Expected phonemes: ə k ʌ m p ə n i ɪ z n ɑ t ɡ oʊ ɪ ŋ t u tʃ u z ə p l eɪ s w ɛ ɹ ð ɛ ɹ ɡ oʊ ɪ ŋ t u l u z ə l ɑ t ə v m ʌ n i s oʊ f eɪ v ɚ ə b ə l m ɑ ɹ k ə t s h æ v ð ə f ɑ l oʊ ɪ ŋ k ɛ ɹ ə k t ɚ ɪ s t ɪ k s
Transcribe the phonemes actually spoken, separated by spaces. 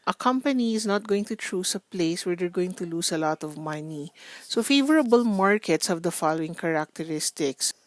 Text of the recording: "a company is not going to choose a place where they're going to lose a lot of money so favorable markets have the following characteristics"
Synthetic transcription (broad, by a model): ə k ʌ m p ə n i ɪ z n ɑ t ɡ oʊ ɪ ŋ t u tʃ u s ə p l eɪ s w ɛ ɹ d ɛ ɹ ɡ oʊ ɪ ŋ t u l u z ə l ɑ t ə v m ʌ n i s oʊ f eɪ v ɚ ə b ə l m ɑ ɹ k ə t s h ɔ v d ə f ɑ l oʊ ɪ ŋ k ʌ ɹ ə k t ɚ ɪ s t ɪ k s